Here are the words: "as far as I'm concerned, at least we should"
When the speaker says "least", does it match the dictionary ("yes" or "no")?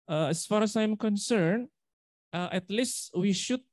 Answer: yes